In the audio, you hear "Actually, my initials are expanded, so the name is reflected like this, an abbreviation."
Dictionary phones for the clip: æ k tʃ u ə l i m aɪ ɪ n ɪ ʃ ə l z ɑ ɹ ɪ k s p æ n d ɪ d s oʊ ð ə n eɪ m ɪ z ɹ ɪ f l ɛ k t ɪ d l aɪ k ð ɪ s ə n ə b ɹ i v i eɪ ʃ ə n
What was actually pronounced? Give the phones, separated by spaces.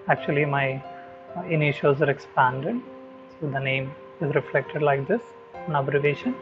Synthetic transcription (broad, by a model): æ k tʃ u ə l i m aɪ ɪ n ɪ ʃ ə z ɑ ɹ ɪ k s p æ n d ɪ d s oʊ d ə n eɪ m ɪ z ɹ ɪ f l ɛ k t ɪ d l aɪ k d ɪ s ə n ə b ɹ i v eɪ ʃ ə n